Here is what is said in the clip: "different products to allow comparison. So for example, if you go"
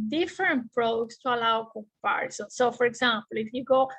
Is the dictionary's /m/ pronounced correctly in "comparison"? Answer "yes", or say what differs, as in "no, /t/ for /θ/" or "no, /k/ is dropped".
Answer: no, /m/ is dropped